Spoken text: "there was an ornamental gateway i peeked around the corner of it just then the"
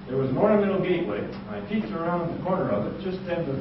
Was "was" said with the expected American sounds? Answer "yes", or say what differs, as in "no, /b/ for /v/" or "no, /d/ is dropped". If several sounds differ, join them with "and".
yes